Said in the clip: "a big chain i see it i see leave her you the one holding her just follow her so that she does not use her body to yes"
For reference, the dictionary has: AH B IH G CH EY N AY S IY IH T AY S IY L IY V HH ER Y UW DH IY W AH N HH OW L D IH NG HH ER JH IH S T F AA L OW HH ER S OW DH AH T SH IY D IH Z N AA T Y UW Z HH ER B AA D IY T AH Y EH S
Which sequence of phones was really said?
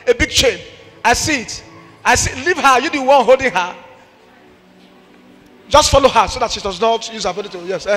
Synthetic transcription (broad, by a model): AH B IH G CH EY N AY S IY IH T AY S IY L IY V HH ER Y UW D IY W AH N HH OW L D IH NG HH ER JH IH S T F AA L OW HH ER S OW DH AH T SH IY D IH Z N AA T Y UW Z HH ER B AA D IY T AH Y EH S